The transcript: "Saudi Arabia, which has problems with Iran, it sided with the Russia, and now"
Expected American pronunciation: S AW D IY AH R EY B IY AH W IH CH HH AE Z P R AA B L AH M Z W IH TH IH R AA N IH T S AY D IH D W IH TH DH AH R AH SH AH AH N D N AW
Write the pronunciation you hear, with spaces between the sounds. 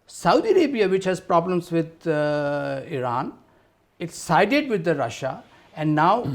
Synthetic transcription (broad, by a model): S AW D IY AH R EY B IY AH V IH CH HH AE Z P R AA B L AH M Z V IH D IH R AA N IH T S AY D IH D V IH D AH R AH SH AH AH N D N AW